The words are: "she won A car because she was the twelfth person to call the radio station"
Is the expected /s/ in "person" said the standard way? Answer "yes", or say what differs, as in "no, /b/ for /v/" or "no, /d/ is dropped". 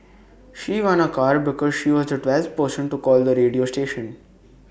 no, /ʃ/ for /s/